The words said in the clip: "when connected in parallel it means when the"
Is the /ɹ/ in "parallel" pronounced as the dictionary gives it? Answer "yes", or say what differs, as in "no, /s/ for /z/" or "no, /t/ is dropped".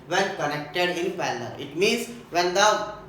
no, /l/ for /ɹ/